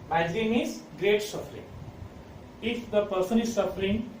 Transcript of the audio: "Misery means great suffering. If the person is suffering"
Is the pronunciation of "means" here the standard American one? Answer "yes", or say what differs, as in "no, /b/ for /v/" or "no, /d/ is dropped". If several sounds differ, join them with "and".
no, /n/ is dropped